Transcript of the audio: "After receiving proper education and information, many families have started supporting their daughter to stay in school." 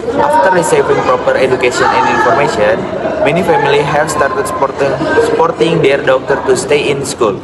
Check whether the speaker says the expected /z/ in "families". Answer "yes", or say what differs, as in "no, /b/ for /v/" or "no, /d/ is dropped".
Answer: no, /z/ is dropped